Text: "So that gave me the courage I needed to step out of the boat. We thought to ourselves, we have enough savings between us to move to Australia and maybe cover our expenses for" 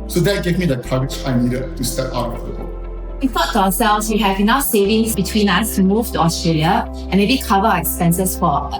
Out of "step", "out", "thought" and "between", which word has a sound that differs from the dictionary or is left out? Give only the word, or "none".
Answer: thought